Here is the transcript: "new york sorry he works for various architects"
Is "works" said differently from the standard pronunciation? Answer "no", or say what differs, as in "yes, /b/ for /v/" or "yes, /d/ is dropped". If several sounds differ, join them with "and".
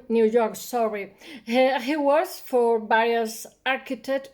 yes, /k/ is dropped